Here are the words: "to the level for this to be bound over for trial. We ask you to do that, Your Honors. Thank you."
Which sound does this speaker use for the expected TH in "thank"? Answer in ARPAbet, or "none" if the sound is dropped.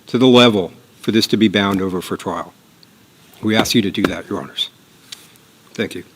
TH